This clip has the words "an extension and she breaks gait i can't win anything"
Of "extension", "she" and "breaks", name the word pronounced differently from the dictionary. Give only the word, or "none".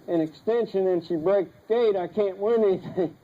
breaks